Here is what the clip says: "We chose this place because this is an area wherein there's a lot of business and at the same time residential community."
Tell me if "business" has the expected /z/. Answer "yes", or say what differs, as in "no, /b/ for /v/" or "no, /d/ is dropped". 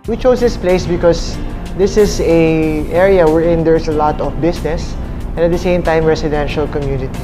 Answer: no, /s/ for /z/